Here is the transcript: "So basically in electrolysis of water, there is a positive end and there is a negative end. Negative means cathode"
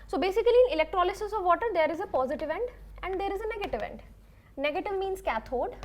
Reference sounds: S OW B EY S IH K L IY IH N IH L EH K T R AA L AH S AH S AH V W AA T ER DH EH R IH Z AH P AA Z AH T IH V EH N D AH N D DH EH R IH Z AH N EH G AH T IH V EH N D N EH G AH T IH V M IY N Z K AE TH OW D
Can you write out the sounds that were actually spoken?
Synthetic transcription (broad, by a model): S OW B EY S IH K L IY IH N IH L EH K T R AA L AH S AH S AH V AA T ER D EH R IH Z AH P AA Z AH T IH V EH N D AH N D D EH R IH Z AH N EH G AH T IH V EH N D N EH G AH T IH V M IY N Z K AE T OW D